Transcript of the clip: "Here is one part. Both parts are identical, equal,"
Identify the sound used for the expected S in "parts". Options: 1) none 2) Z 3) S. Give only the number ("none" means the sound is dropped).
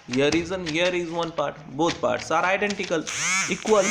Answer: 3